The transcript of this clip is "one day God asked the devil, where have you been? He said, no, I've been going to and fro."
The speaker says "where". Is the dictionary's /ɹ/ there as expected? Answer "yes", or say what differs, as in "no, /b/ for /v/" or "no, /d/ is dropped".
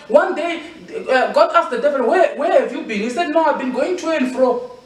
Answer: no, /w/ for /ɹ/